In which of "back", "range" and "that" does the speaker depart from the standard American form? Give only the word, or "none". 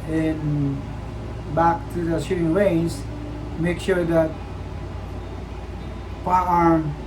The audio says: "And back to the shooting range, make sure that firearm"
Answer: range